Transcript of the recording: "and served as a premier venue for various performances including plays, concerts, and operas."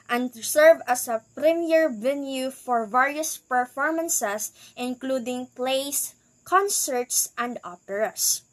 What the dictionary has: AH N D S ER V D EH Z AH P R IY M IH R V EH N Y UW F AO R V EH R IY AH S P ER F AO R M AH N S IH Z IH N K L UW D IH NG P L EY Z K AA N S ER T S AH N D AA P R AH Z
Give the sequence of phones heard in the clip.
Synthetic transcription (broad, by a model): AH N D S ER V AH S AH P R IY M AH R V EH N Y UW F AO R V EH R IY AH S P ER F AO R M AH N S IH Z IH N K L UW D IH NG P L EY S K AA N S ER T S AH N D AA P R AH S